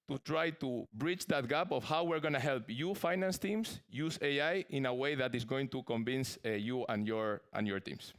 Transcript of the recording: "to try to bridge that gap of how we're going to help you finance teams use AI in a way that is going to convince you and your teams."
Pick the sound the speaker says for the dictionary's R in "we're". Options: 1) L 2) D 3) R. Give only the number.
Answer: 3